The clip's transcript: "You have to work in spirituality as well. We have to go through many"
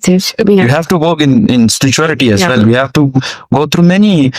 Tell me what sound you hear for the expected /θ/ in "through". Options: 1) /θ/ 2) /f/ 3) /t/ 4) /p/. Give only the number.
3